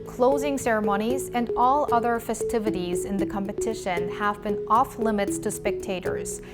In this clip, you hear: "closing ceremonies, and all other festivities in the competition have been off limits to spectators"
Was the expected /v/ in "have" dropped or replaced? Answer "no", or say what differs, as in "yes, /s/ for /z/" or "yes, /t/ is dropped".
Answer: no